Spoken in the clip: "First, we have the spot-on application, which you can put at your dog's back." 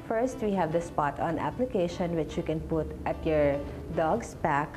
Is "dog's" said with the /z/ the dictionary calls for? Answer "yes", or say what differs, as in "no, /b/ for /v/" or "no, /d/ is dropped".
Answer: no, /s/ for /z/